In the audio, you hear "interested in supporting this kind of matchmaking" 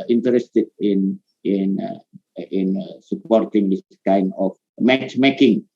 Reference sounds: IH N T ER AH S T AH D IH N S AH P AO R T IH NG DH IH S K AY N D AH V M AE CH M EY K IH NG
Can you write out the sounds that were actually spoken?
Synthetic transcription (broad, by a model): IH N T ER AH S T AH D IH N S AH P AO R T IH NG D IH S K AY N AH F M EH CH M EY K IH NG